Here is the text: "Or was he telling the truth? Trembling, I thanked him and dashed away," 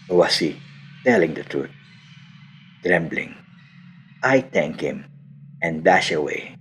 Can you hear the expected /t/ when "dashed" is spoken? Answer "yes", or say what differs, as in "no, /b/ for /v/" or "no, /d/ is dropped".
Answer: no, /t/ is dropped